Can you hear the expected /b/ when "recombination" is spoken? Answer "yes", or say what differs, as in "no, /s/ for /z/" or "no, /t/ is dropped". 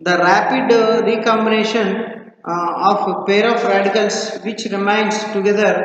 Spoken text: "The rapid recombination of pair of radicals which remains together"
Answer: yes